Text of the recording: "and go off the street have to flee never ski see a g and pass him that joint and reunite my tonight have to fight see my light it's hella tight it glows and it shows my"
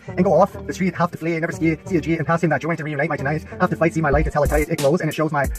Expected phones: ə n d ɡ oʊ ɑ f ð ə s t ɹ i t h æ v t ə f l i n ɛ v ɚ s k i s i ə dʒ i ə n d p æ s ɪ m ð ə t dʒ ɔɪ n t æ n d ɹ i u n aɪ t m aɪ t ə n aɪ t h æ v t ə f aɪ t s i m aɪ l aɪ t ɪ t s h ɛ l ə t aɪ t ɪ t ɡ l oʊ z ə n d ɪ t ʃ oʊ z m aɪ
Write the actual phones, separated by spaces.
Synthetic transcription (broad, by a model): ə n ɡ oʊ ɑ f ð ə s t ɹ i t h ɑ f t ə f l i n ɛ v ɚ s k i s i ə dʒ i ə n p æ s ɪ m ð ə t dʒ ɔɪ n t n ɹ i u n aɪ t m aɪ t ə n aɪ t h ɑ f t ə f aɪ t s i m aɪ l aɪ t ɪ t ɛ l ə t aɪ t ɪ t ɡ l oʊ z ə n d ɪ t ʃ oʊ z m aɪ